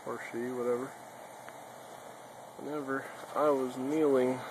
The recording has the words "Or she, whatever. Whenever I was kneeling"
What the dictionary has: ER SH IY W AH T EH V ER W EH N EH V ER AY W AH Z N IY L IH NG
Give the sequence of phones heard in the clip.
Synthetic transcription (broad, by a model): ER SH IY W AH T EH V ER W EH N EH V ER AY W AH Z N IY L IH NG